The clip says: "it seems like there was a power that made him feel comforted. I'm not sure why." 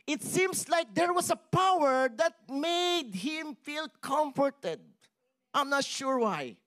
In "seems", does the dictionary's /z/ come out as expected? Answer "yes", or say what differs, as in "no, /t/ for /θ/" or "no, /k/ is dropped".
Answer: no, /s/ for /z/